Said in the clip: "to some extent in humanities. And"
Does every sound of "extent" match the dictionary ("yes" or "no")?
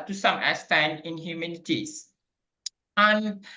no